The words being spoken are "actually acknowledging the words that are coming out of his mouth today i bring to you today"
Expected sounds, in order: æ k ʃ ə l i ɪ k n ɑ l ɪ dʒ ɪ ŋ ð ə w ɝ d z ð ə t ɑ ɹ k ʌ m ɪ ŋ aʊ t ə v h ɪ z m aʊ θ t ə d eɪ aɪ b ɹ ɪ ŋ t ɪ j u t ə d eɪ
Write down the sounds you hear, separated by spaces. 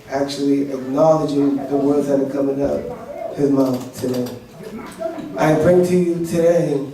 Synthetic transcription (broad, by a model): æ k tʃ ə l i ɪ k n ɑ l ɪ dʒ ɪ ŋ ð ə w ɝ d z ð ə t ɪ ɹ k ʌ m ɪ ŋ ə p h ɪ z m aʊ θ t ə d eɪ aɪ b ɹ ɪ ŋ t ɪ j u t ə d eɪ